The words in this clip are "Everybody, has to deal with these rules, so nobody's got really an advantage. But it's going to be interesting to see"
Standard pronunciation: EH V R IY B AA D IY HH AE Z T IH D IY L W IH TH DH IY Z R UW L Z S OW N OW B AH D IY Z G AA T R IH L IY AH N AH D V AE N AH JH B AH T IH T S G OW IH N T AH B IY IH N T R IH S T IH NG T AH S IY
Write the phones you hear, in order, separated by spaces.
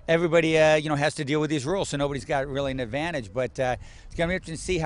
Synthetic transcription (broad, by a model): EH V R IY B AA D IY HH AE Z T IH D IY L W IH DH IY Z R UW L Z S OW N OW B AH D IY Z G AA T R IH L IY AH N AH D V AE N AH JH B AH T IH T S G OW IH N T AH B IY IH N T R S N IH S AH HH